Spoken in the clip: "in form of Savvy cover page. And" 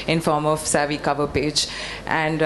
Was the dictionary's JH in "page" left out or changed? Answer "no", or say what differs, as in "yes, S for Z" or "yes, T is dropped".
no